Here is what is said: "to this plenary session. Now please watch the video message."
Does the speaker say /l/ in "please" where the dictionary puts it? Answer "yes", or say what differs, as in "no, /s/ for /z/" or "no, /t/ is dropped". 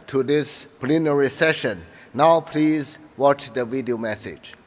yes